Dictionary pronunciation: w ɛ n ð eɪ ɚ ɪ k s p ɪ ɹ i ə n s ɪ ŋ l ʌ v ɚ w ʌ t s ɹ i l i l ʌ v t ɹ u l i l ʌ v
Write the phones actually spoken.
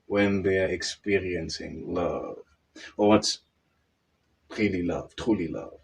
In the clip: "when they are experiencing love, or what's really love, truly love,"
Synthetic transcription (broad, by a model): w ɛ n ð eɪ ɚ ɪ k s p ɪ ɹ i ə n s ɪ ŋ l ʌ v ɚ w ʌ t s ɹ i l i l ʌ v t ɹ u l i l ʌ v